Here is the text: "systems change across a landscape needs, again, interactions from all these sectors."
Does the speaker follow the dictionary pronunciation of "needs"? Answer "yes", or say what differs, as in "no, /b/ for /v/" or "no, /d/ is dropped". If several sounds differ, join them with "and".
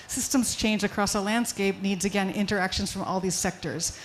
yes